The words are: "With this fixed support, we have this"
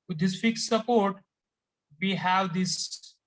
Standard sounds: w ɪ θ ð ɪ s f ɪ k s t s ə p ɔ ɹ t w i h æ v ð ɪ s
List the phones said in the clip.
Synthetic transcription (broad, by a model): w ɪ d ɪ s f ɪ k s t s ə p ɔ ɹ t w i h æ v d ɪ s